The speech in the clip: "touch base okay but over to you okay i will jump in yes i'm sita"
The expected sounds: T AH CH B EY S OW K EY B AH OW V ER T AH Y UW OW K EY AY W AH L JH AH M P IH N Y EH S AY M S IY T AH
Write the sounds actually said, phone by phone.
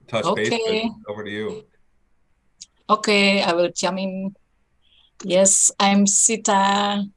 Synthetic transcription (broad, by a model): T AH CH OW K EY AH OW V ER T Y UW OW K EY AY W AH L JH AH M IH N Y EH S AY M S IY T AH